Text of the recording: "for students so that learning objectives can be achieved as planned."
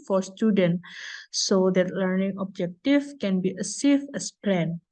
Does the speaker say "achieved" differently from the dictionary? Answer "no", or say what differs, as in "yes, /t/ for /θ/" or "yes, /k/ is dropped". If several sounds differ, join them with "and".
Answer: yes, /s/ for /tʃ/